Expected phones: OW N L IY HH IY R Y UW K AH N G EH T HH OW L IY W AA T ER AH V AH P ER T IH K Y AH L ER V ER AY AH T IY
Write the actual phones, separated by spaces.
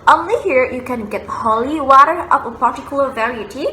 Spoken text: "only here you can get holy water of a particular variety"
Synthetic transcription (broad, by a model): OW N L IY HH IY R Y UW K AH N G EH T HH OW L IY W AA T ER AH P AH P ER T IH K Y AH L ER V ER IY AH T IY